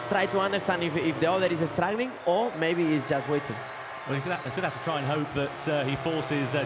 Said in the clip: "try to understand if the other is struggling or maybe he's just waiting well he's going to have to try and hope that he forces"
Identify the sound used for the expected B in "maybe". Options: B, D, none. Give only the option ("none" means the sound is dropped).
none